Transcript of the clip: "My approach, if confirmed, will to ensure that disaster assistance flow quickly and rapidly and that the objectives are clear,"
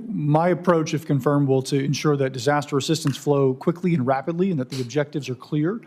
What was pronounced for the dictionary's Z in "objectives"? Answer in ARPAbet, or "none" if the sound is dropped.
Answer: Z